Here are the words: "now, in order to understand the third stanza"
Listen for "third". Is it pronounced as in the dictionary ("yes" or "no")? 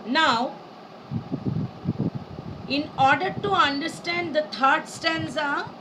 no